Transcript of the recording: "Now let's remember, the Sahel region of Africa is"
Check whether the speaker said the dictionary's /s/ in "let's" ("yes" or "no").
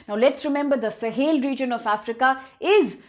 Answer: yes